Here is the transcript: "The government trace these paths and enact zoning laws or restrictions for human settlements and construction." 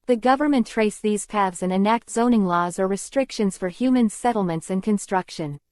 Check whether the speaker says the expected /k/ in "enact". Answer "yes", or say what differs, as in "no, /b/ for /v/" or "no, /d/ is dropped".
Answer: yes